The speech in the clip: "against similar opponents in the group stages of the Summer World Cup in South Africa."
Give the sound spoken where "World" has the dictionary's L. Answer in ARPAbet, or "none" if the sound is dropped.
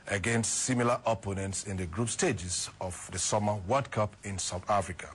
none